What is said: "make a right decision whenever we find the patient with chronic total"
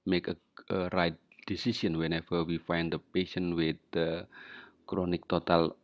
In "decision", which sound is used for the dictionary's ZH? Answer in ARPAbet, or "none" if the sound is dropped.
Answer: S